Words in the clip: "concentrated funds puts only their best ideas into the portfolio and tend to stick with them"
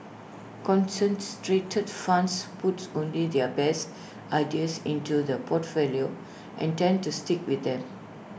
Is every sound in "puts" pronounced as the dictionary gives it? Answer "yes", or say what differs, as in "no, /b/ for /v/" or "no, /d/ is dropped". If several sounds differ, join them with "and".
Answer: no, /s/ is dropped